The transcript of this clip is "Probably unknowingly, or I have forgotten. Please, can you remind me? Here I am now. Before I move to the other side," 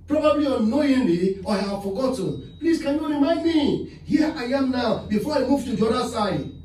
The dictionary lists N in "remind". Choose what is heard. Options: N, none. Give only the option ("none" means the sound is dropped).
none